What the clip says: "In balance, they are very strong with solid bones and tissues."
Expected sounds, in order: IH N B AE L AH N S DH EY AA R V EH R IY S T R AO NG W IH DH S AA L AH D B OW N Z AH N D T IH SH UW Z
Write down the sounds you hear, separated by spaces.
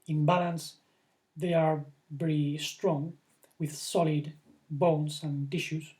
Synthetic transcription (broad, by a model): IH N B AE L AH N S DH EY AA R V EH R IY S T R AO NG W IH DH S AA L AH D B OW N S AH N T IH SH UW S